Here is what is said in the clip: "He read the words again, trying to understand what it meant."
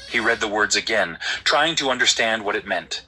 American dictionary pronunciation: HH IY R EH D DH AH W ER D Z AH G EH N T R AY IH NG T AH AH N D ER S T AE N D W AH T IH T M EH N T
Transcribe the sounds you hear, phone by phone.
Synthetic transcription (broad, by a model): HH IY R EH D DH AH W ER D Z AH G EH N T R AY IH NG T AH AH N D ER S T AE N D W AH T IH T M EH N T